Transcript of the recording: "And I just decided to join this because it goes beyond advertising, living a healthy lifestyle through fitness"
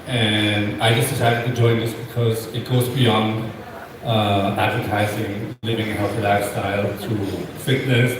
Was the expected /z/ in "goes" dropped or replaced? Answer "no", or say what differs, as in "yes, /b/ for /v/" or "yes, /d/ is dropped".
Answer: no